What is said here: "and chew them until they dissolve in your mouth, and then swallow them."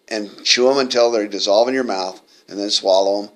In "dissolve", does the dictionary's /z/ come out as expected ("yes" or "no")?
yes